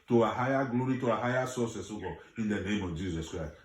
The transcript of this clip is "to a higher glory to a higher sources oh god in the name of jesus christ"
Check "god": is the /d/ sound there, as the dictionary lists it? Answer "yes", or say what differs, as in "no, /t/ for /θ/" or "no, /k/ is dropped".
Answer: no, /d/ is dropped